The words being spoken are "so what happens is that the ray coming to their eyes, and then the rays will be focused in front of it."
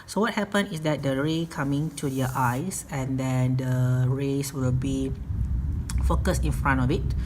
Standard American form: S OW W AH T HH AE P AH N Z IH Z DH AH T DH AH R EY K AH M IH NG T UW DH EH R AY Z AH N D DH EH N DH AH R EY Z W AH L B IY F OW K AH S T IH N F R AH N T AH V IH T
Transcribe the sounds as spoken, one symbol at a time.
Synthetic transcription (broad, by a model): S OW W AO T HH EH P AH N IH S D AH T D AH R EY K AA M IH NG T UW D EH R AY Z AH N D EH N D AH R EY S W AH L B IY F OW K AH S T IH N F R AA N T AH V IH T